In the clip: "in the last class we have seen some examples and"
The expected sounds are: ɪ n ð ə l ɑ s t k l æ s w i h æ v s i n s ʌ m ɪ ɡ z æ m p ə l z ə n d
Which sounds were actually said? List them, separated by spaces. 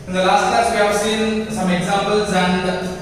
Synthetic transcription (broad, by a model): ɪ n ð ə l ɑ s t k æ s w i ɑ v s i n s ʌ m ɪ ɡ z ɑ m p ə l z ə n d